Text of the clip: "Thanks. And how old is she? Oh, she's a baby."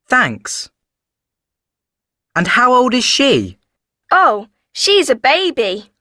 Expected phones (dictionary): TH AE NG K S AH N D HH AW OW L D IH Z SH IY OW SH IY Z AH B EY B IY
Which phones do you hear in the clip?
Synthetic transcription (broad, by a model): TH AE NG K S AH N HH AW OW L D IH Z SH IY OW SH IY Z AH B EY B IY